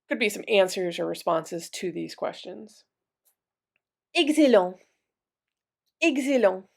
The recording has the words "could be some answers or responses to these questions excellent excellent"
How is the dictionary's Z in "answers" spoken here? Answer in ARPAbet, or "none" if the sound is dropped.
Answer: Z